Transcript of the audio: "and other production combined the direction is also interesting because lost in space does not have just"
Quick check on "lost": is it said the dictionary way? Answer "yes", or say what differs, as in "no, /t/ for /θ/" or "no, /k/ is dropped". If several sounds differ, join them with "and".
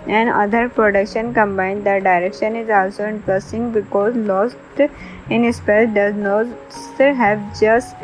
yes